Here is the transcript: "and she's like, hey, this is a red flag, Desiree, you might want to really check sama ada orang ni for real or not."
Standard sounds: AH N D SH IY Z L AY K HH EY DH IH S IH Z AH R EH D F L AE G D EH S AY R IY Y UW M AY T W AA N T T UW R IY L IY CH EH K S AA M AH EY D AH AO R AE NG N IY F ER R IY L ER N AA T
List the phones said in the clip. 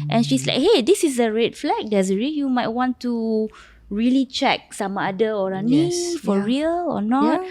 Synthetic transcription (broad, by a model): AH N SH IY S L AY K HH EY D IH S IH S AH R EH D F L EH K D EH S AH R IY Y UW M AY T W AA N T T UW R IY L IY CH EH K S AA M AH D AH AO R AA N IY F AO R IY L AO N AA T